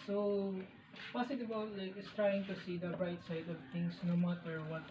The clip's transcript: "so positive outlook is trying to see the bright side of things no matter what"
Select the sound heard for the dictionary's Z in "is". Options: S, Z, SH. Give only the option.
S